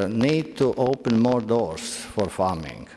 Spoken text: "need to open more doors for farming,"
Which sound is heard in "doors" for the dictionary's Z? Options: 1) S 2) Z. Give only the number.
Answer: 1